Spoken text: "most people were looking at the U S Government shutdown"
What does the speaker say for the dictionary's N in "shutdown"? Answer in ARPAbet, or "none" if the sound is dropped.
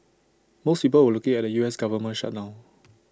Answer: none